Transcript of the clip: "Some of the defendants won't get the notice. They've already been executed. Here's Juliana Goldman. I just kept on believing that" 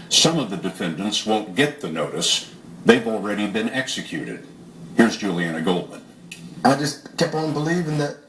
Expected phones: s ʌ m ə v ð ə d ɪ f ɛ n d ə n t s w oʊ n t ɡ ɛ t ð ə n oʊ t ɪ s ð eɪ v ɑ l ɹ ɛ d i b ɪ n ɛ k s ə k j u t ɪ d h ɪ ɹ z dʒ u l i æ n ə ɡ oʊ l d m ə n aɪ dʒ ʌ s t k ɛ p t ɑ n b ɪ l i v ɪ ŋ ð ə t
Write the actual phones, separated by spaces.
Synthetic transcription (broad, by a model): s ʌ m ə v ð ə d ɪ f ɛ n d ə n t s w oʊ n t ɡ ɛ t ð ə n oʊ t ɪ s ð eɪ v l ɹ ɛ d i b ɪ n ɛ k s ə k j u t ɪ d h ɪ ɹ z dʒ u l i æ n ə ɡ oʊ l d m ə n aɪ dʒ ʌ s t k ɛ p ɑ n b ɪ l i v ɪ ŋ ð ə t